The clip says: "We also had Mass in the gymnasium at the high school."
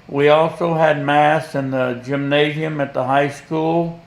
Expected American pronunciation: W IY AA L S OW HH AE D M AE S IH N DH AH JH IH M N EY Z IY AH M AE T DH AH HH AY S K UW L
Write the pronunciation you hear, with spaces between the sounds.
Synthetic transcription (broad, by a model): W IY AA L S OW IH D M AE S IH N DH AH JH IH M N EY Z IY AH M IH T DH AH HH AY S K UW L